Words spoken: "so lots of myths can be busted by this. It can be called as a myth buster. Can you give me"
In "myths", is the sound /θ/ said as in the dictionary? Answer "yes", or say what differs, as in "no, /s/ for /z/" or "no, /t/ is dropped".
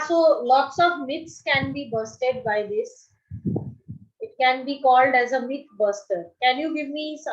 no, /t/ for /θ/